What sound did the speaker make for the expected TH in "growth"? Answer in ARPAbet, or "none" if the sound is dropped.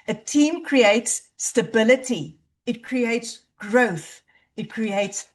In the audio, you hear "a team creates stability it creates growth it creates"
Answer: TH